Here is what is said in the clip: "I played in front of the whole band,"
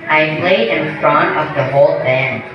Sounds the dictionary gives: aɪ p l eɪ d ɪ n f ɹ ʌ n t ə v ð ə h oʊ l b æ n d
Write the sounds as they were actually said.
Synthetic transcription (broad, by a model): aɪ p l eɪ d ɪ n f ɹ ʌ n ə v ð ə h oʊ l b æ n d